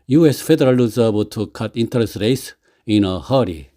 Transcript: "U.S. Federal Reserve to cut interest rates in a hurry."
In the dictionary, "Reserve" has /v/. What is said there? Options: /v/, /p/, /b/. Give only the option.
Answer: /b/